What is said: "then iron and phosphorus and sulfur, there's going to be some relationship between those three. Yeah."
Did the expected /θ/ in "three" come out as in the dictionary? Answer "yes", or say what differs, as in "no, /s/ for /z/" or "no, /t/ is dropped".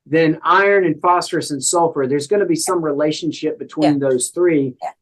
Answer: yes